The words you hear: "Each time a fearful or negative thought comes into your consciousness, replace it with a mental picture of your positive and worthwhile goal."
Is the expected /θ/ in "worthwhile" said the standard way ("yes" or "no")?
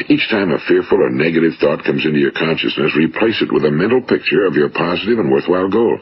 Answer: yes